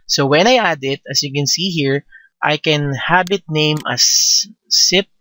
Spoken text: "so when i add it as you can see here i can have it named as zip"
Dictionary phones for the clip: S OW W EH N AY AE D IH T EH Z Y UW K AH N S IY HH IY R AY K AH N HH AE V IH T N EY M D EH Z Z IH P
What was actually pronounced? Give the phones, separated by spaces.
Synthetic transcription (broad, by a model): S OW W EH N AY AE D IH T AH S Y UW K AH N S IY HH IY R AY K AH N HH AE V IH T N EY M AH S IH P